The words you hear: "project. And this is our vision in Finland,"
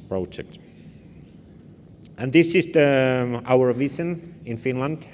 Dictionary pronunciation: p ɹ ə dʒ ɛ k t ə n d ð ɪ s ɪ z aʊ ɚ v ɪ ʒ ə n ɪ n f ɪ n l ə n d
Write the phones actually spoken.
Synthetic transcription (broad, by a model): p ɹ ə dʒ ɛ k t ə n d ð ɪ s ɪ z aʊ ɚ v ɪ s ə n ɪ n f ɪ n l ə n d